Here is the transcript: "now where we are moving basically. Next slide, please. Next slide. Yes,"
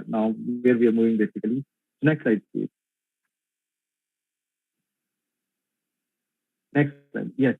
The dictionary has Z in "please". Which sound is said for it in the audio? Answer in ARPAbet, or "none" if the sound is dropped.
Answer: none